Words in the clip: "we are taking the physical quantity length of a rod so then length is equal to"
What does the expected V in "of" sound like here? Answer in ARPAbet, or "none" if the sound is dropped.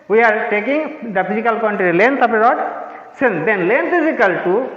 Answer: P